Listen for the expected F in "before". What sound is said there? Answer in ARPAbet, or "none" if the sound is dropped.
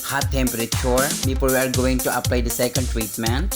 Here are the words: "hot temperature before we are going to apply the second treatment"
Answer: P